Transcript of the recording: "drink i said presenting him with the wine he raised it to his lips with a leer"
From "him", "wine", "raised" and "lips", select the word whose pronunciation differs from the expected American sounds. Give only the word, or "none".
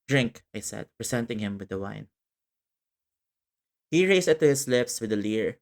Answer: raised